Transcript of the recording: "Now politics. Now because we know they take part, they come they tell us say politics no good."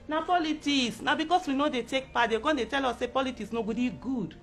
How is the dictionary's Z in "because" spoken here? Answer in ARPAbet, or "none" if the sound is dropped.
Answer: S